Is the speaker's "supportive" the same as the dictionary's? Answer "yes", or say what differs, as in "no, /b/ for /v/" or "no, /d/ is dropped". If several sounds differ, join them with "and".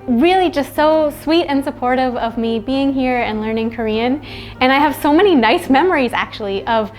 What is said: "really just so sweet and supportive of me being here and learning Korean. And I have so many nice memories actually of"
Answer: yes